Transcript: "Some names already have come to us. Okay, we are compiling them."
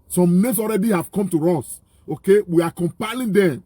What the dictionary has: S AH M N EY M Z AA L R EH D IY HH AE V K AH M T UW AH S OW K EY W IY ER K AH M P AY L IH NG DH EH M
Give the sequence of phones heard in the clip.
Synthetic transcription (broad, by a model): S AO M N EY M S AA L R EH D IY HH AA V K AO M T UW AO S OW K EY W IY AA K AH M P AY L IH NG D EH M